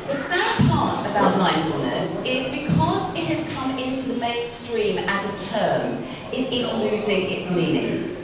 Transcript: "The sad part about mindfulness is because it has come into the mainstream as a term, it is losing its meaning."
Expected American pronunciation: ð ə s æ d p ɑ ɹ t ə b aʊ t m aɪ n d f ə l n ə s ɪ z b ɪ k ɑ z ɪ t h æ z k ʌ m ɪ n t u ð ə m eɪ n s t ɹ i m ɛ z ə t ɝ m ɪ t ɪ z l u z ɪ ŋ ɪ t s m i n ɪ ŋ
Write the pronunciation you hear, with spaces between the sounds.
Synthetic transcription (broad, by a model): ð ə s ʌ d p ɑ t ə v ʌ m aɪ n f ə l n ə s ɪ z b ɪ k ɑ z ɪ t h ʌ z k ʌ m ɪ n t u ð ə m eɪ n s t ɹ i m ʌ z ə t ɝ m ɪ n ɪ s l u z ɪ ŋ ɪ t s m i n ɪ ŋ